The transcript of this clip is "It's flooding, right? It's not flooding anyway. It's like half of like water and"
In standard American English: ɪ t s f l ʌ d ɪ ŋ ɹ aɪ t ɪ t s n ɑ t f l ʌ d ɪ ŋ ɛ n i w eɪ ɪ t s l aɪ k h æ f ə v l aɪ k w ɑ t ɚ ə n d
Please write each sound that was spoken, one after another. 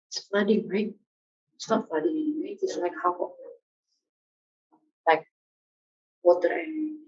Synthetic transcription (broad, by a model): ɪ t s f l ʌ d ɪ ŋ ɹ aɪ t ɪ t s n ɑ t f l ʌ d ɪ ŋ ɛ i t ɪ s l aɪ k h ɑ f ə l aɪ k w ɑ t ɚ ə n